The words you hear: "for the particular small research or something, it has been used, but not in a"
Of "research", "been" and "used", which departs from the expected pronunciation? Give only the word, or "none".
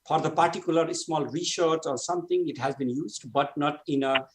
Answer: research